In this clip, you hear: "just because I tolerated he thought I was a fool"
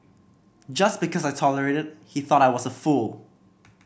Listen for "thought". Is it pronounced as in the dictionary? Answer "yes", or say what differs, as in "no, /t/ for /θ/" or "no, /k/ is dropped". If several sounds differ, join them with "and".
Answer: yes